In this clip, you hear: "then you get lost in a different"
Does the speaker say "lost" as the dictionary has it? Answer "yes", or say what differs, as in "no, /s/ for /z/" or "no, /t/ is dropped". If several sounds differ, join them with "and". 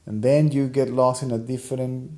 no, /t/ is dropped